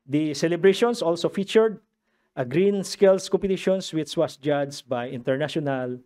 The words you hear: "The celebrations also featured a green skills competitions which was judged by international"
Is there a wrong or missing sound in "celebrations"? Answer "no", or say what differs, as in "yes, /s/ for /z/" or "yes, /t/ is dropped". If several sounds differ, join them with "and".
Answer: yes, /s/ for /z/